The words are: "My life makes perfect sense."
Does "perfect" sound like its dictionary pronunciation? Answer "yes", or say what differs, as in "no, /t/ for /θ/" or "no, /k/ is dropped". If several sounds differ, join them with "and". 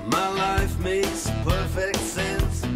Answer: yes